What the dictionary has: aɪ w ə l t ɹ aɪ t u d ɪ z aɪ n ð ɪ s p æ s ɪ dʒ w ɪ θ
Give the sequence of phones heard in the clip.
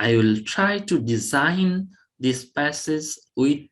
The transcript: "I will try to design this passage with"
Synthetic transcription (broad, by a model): aɪ w ə l t ɹ aɪ t u d ɪ z aɪ n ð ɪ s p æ s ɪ z w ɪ